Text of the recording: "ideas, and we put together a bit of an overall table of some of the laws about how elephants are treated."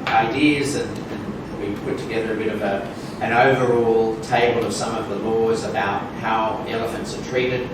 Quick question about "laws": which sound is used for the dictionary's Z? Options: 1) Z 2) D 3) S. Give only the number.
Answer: 1